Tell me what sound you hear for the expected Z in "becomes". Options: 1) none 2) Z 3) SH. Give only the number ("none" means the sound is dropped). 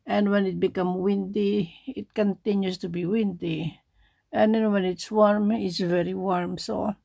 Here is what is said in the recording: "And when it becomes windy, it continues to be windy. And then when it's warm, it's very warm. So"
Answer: 1